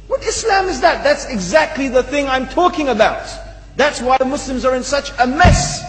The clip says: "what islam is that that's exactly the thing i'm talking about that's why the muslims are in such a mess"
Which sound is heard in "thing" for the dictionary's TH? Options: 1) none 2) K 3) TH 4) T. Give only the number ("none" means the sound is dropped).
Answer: 3